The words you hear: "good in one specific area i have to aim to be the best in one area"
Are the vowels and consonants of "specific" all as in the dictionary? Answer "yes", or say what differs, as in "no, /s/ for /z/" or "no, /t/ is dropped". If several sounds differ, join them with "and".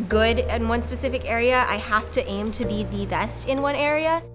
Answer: yes